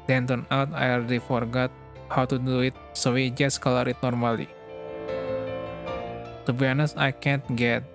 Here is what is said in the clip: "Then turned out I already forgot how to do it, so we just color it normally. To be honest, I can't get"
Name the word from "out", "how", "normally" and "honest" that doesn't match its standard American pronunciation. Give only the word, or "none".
honest